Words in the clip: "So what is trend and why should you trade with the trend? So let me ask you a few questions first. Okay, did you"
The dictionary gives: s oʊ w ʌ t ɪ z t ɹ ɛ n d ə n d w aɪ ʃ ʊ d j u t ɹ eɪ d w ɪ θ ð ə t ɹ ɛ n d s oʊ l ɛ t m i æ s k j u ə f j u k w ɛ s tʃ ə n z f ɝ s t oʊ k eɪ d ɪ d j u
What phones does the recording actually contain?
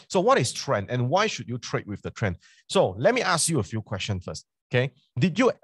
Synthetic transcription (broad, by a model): s oʊ w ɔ t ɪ s t ɹ ɛ n d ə n w aɪ ʃ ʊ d j u t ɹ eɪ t w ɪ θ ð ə t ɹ ɛ n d s oʊ l ɛ t m i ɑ s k j u ə f j u k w ɛ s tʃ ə n f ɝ s t oʊ k eɪ d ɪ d j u